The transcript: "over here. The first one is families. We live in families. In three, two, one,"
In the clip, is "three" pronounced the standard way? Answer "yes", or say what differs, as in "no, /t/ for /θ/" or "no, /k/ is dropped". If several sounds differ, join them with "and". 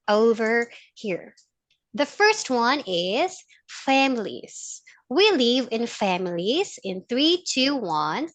yes